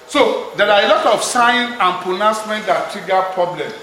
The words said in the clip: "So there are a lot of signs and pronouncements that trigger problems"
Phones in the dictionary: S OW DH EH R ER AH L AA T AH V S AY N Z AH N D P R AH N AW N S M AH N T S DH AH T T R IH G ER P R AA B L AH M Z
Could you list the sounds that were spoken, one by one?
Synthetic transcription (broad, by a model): S OW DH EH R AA AH L AA T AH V S AY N AH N P R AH N AW S M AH N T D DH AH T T R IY G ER P R AA B L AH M